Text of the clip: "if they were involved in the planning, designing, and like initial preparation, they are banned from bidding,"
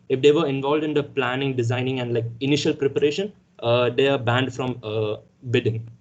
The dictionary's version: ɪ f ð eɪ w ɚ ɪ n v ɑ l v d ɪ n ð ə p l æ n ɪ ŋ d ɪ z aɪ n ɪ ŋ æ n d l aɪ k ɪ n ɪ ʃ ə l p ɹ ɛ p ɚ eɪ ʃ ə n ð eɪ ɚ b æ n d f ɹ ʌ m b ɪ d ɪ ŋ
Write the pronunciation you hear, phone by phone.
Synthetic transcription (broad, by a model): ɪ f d eɪ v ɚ ɪ n v ɑ l v d ɪ n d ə p l æ n ɪ ŋ d ɪ z aɪ n ɪ ŋ æ n d l aɪ k ɪ n ɪ ʃ ə l p ɹ ɛ p ɚ eɪ ʃ ə n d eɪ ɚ b æ n d f ɹ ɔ m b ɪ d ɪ ŋ